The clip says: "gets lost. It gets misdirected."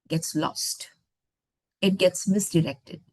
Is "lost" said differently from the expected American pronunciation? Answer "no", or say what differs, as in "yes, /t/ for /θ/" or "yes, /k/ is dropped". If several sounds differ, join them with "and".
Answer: no